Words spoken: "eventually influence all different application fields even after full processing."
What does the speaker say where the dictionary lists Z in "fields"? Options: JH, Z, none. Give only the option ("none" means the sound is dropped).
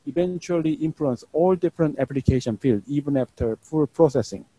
none